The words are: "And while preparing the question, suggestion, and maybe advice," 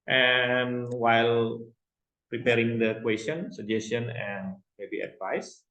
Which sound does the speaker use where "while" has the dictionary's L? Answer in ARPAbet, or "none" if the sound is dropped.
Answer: L